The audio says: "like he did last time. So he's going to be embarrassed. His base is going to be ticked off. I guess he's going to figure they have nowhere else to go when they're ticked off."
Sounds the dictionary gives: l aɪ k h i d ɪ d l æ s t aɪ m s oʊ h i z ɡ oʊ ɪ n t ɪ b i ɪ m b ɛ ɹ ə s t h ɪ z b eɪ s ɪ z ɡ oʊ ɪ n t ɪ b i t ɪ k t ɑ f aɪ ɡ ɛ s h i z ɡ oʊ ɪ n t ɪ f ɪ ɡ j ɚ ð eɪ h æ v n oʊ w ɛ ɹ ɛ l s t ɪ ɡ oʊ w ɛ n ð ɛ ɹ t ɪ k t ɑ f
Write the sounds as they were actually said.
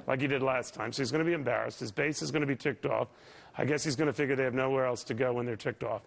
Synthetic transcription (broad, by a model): l aɪ k h i d ɪ d l æ s t aɪ m s oʊ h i z ɡ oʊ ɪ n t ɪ b i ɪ m b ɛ ɹ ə s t h ɪ z b eɪ s ɪ z ɡ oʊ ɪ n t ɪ b i t ɪ k t ɑ f aɪ ɡ ɛ s h i z ɡ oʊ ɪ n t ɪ f ɪ ɡ j ɚ ð eɪ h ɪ v n oʊ w ɛ ɹ ɛ l s t ɪ ɡ oʊ w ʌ n ð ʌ ɹ t ɪ k t ɑ f